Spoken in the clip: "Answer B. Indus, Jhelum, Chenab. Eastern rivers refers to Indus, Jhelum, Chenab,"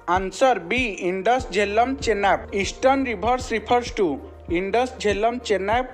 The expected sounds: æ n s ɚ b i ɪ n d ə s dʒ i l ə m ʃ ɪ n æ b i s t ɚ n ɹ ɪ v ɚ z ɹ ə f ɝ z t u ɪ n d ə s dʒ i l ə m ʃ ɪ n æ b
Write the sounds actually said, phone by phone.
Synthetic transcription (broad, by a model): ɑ n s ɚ b i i n d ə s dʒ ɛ l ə m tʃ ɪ n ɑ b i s t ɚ n ɹ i b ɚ s ɹ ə p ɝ s t u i n d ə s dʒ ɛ l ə m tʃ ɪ n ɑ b